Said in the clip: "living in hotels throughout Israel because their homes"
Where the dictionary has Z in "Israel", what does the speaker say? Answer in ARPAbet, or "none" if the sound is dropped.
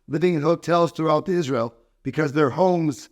Z